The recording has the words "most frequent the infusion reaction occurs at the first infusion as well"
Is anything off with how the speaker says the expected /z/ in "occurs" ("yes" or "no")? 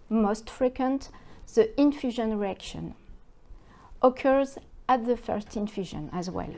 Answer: no